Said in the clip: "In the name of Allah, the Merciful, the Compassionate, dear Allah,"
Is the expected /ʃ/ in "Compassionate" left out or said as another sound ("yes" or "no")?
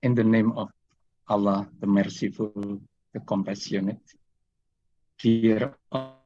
yes